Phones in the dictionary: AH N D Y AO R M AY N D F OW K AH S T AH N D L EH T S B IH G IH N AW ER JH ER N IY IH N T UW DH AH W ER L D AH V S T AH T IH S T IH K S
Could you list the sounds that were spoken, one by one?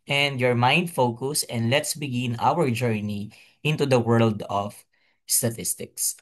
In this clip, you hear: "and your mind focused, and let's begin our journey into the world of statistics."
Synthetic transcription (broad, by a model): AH N D Y AO R M AY N D F OW K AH S AH N D L EH T S B IH G IH N AW ER JH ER N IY IH N T UW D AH W ER L D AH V S T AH T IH S T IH K S